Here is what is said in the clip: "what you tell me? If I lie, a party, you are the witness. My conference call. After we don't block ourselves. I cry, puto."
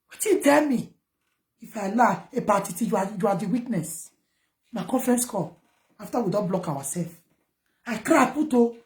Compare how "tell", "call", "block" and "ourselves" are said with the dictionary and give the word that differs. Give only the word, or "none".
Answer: ourselves